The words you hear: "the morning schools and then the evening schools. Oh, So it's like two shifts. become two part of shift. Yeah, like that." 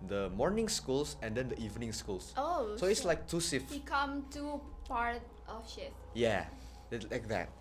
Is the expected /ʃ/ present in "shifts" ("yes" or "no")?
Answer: no